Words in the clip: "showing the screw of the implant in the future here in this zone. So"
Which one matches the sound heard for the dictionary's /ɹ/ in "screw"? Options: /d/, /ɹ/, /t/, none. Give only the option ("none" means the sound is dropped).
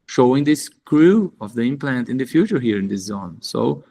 /ɹ/